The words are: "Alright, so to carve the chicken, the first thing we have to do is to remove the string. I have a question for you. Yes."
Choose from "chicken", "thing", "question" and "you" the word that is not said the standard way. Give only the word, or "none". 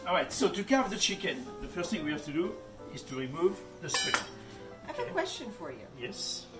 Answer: none